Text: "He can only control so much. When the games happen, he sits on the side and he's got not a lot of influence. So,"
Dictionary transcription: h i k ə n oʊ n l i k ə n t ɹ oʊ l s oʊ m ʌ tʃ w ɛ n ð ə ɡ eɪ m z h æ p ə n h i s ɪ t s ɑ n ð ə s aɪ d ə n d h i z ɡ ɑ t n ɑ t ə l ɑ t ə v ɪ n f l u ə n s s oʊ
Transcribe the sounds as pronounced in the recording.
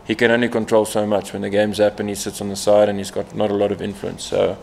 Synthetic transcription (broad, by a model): h i k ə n oʊ n l i k ə n t ɹ oʊ l s oʊ m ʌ tʃ w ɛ n ð ə ɡ eɪ m z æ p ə n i s ɪ t s n ð ə s aɪ d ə n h i z ɡ ɑ t n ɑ t ə l ɑ t ə v ɪ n f l u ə n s s oʊ